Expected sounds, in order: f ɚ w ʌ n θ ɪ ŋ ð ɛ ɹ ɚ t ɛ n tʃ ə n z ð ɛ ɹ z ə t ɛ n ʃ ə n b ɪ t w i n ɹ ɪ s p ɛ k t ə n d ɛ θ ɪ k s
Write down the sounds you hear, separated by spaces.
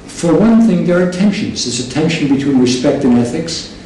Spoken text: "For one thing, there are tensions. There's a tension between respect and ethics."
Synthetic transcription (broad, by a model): f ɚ w ʌ n θ ɪ ŋ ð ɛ ɹ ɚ t ɛ n ʃ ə n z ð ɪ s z ə t ɛ n ʃ ə n b ɪ t w i n ɹ ɪ s p ɛ k t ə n ɛ θ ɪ k s